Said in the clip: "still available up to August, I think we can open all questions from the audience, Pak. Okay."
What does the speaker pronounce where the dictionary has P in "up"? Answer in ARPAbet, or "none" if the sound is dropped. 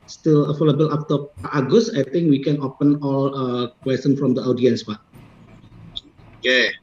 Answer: F